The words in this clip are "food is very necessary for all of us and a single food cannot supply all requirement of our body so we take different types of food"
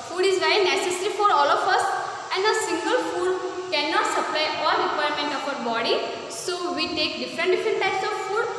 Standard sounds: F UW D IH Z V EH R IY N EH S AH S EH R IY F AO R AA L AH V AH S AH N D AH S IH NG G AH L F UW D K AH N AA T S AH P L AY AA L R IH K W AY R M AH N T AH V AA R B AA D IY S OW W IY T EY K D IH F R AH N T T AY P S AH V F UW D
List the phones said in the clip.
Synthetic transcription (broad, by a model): F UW D IH Z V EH IY N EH S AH S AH R IY F AO R AA L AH F AH S AH N D AH S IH NG G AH L F UW D K AH N AA T S AH P L AY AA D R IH K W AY R M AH N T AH F AA R B AA D IY S OW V IY T EY K D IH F R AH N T T AY P S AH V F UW D